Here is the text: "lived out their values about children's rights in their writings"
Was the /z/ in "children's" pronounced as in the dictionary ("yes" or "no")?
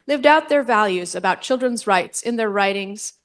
yes